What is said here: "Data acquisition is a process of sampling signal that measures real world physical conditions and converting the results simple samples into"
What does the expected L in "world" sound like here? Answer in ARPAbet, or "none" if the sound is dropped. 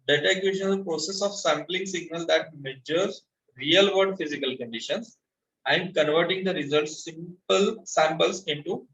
none